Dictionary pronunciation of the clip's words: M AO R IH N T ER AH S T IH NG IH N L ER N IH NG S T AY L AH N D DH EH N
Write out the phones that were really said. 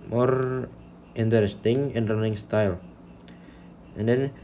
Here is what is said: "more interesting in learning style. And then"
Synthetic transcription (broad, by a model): M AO R IH N T ER AH S T IH NG IH N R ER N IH NG S T AY L AH N D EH N